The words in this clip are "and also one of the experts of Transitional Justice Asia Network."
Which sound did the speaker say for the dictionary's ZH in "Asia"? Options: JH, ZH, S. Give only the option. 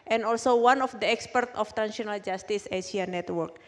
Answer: S